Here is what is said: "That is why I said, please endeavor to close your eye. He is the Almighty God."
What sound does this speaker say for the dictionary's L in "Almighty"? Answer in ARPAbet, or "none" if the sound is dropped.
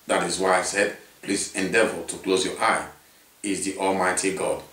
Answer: L